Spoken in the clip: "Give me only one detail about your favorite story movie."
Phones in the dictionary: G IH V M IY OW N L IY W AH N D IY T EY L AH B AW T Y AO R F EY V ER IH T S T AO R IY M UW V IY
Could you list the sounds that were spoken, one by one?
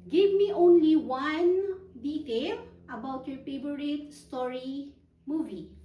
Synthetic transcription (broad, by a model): G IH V M IY OW N L IY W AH N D IY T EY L AH B AW T Y AO R P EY B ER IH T S T AO R IY M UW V IY